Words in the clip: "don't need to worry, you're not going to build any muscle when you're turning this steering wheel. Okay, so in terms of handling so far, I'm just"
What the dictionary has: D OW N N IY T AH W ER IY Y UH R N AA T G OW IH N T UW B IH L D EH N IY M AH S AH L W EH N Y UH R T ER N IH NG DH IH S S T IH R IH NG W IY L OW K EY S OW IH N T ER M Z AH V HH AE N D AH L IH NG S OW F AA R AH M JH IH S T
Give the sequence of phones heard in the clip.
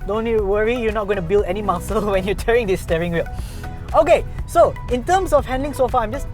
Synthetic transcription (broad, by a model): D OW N N IY W ER IY Y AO N AA T G OW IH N T UW B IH L D EH N IY M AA S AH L W EH N Y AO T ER IH NG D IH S S T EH R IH NG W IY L OW K EY S OW IH N T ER M S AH F HH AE N D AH L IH NG S OW F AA AH M JH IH S